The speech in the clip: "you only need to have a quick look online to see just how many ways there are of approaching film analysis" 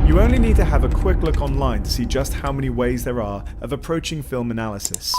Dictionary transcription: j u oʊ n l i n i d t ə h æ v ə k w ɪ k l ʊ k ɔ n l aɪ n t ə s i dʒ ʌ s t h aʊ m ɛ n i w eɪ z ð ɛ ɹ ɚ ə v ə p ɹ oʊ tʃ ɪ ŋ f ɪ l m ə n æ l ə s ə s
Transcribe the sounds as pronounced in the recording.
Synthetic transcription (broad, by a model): j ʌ oʊ n l i n i d t ə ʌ v ə k w ɪ k l ʊ k ɔ n l aɪ n t ə s i dʒ ʌ s t h aʊ m ɛ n i w eɪ z ð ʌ ɹ ɚ ə v ə p ɹ oʊ tʃ ɪ ŋ f ɪ l m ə n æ l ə s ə s